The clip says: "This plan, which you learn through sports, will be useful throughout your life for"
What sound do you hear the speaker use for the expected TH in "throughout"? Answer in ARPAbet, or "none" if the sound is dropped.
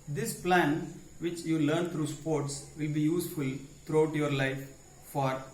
T